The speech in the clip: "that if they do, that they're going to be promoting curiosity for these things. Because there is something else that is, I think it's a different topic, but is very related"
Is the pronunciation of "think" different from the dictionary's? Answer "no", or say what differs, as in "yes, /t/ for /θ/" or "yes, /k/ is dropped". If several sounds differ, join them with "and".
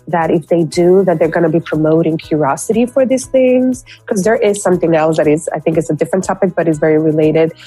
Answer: no